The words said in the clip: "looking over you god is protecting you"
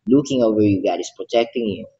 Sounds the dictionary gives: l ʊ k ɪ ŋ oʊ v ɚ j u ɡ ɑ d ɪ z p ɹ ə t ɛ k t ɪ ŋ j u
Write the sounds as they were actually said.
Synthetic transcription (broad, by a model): l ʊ k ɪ ŋ oʊ v ɚ j u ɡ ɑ ɪ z p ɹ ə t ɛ k t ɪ ŋ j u